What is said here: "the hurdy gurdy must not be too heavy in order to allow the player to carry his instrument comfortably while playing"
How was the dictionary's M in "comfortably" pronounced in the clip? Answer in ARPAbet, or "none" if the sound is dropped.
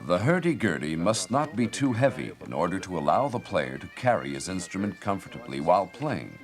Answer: M